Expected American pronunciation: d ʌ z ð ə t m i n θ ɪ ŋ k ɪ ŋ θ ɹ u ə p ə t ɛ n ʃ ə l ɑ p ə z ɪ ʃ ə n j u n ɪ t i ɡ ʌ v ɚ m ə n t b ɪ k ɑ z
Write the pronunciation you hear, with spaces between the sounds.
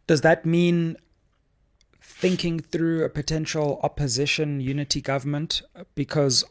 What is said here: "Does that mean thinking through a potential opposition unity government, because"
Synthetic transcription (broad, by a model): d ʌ z ð ə t m i n θ ɪ ŋ k ɪ ŋ θ ɹ u ə p ə t ɛ n ʃ ə l ɑ p ə z ɪ ʃ ə n j u n ɪ t i ɡ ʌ v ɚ m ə n t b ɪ k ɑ z